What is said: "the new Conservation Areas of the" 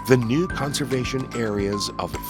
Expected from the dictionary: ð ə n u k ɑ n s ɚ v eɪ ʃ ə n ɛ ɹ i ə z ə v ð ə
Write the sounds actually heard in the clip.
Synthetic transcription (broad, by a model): ð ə n u k ɑ n s ɚ v eɪ ʃ ə n ɛ ɹ i ə z ə v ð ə